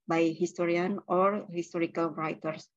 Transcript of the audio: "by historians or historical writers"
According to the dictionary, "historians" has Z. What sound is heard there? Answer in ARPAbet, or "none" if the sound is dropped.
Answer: none